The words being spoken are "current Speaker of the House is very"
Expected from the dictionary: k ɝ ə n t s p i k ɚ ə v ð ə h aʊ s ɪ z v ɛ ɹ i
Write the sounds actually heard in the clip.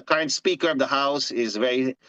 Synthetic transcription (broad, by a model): k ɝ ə n t s p i k ɚ ə v ð ə h aʊ s ɪ z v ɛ ɹ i